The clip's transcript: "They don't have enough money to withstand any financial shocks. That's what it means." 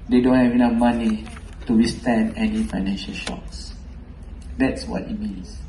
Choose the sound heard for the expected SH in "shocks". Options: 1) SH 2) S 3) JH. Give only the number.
1